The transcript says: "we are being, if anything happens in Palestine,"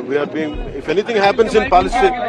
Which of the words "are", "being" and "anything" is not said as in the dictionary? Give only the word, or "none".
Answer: anything